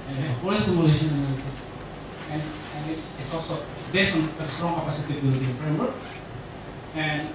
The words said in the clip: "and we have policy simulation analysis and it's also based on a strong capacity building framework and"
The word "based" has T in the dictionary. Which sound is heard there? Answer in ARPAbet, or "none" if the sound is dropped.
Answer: none